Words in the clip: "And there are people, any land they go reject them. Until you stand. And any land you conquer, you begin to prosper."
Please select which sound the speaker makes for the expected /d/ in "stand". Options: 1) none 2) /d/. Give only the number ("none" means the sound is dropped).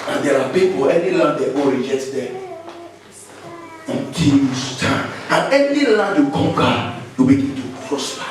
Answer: 1